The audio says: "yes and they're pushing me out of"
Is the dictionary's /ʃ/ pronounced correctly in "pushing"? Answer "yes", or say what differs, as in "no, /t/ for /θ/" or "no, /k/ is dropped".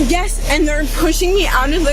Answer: yes